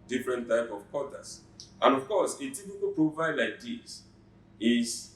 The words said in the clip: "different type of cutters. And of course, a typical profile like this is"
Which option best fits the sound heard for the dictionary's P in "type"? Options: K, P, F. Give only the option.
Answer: P